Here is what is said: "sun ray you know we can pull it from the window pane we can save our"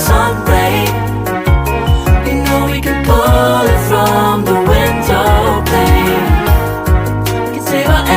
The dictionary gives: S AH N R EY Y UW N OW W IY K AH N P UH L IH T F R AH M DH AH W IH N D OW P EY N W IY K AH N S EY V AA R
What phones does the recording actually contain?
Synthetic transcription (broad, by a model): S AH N R EY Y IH N OW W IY K AH N P UH L IH T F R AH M DH AH W IH N D OW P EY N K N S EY W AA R